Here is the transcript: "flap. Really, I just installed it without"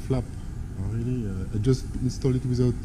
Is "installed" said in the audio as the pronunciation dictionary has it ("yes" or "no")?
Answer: no